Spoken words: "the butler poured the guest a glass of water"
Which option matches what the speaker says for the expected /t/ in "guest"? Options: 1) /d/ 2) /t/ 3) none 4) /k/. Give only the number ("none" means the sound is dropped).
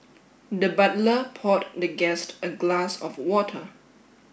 2